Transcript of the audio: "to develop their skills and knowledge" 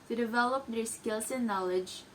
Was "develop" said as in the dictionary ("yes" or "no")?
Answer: yes